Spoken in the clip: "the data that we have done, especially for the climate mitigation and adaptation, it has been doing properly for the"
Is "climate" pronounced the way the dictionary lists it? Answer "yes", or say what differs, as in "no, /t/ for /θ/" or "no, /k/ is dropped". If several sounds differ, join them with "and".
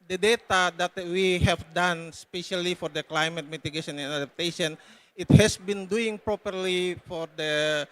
yes